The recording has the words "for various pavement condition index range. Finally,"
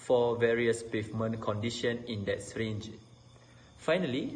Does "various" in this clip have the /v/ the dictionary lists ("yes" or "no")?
yes